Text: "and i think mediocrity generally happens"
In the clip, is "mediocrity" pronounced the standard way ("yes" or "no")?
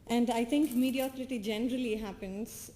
yes